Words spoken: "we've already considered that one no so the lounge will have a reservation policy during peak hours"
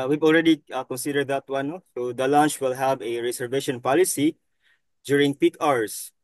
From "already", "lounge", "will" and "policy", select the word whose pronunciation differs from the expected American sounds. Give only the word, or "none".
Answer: lounge